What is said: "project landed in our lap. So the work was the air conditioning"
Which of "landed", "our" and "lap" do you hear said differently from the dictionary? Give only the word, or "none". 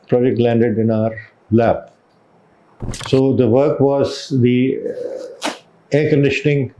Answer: lap